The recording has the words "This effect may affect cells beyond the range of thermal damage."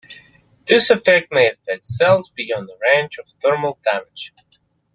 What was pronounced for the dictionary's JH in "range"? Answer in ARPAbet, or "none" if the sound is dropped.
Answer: CH